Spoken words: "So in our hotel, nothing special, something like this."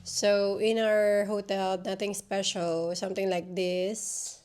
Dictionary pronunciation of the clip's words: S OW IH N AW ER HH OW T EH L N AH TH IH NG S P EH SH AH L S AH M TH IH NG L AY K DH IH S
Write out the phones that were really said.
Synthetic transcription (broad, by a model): S OW IH N AW ER HH OW T EH L N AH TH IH NG S P EH SH AH L S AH M T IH NG L AY K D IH S